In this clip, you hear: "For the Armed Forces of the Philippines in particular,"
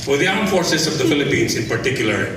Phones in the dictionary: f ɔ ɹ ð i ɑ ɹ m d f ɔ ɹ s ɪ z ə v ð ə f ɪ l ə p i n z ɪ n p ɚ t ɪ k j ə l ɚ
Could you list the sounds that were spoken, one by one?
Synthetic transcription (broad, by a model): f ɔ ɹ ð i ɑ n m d f ɔ ɹ s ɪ s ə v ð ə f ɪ l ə p i n s ɪ n p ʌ t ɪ k j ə l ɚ